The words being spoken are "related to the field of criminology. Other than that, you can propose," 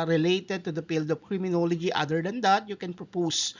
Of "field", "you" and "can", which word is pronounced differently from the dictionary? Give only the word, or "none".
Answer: field